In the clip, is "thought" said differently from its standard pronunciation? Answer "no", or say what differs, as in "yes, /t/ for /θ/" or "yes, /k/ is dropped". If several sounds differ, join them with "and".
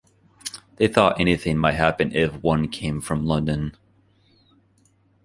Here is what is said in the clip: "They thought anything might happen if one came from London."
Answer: no